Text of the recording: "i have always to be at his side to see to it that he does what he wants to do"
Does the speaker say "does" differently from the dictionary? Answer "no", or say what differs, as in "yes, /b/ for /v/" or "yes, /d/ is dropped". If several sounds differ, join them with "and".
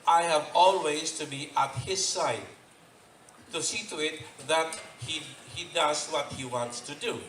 no